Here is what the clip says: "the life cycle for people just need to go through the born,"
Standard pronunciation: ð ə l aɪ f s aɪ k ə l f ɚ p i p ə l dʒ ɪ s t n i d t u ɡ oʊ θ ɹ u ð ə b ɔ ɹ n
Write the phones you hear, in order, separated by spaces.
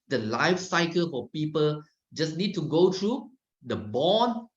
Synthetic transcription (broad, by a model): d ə l aɪ f s aɪ k ə l f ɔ p i p ə l dʒ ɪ s n i d t u ɡ oʊ t ɹ u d ə b ɔ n